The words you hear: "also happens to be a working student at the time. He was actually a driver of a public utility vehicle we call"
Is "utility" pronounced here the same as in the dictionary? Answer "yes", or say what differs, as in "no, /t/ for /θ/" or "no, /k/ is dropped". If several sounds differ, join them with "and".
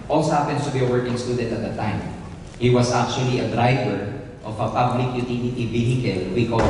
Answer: no, /n/ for /l/